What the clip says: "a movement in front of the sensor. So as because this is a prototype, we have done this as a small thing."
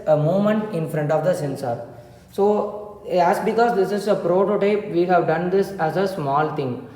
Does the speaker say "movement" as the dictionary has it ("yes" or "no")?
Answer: no